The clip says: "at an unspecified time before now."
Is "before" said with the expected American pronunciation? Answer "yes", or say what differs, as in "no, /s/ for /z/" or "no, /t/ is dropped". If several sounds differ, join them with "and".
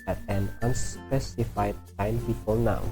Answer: no, /l/ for /ɹ/